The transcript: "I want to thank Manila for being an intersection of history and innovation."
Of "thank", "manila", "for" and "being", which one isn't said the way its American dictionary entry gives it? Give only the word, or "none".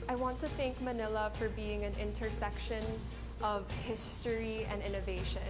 none